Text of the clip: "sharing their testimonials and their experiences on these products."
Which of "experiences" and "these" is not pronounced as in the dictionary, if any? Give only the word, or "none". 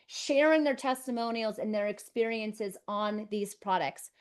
none